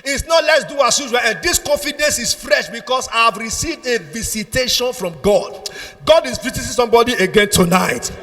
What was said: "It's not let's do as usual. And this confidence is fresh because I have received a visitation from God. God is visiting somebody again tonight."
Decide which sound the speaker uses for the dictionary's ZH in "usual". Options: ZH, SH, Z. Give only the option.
Z